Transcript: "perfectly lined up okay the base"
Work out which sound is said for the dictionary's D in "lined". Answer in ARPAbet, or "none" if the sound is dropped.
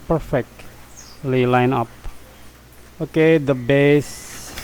none